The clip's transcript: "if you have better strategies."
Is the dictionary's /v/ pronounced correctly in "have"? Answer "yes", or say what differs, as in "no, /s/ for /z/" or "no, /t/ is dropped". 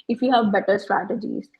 yes